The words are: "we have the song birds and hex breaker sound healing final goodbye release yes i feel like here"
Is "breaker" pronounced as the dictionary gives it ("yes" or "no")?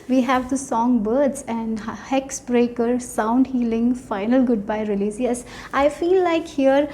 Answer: yes